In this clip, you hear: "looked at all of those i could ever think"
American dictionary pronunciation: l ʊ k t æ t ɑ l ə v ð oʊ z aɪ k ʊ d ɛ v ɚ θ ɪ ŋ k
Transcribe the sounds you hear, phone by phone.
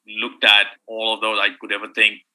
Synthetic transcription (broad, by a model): l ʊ k t æ t ɑ l ə v ð oʊ z aɪ k ʊ d ɛ v ɚ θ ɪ ŋ k